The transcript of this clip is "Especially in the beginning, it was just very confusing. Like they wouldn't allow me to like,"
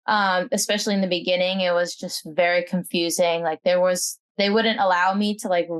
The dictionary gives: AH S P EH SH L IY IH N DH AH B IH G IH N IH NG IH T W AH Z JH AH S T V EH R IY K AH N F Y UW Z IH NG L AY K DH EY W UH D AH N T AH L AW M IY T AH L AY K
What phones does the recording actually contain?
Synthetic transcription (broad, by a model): AH S P EH SH L IY IH N DH AH B IH G IH N IH NG IH T W AH Z JH AH S T V EH R IY K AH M F Y UW Z IH NG L AY K DH EY W UH D N T AH L AW M IY T AH L AY K